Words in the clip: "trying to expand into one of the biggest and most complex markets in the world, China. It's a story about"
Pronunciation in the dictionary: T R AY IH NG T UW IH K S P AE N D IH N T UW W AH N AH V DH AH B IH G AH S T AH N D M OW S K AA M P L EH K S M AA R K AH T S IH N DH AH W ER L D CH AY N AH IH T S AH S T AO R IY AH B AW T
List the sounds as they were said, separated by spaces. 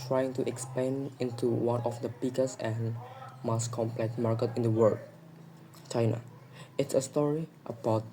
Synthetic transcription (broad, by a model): T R AY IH NG T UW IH K S P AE N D IH N T UW W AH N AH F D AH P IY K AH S AH N M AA S K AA M P L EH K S M AA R K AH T IH N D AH W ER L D CH AY N AH IH T S AH S T AO R IY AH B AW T